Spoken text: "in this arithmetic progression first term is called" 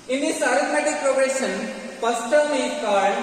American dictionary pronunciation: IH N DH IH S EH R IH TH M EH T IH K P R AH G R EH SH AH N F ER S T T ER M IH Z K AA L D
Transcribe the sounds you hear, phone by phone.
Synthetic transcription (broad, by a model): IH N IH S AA R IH T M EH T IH K P R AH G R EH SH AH N P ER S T T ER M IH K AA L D